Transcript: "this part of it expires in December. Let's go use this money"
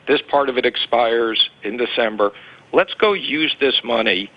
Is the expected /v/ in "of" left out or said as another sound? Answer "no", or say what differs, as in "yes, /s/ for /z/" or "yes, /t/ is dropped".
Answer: no